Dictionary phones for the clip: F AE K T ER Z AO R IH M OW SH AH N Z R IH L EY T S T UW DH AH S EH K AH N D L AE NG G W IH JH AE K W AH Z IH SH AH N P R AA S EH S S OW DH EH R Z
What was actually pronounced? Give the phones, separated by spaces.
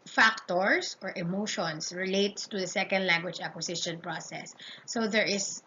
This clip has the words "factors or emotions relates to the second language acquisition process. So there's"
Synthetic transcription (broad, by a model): F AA K T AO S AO R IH M OW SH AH N S R IH L EY T S T UW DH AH S EH K AH N D L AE NG G W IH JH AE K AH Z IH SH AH N P R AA S EH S S OW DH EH R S